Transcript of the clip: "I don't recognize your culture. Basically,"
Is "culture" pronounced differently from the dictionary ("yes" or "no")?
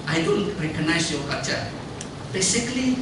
yes